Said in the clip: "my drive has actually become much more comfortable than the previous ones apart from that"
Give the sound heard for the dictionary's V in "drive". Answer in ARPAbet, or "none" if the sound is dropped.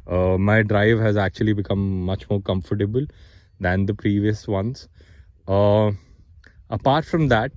V